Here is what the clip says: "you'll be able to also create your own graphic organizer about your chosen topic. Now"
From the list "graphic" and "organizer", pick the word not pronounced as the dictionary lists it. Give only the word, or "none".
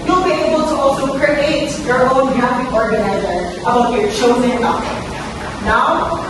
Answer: graphic